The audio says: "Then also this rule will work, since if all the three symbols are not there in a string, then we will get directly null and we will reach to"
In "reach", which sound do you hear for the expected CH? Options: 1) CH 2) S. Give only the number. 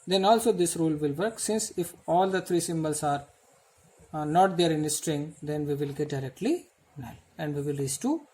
2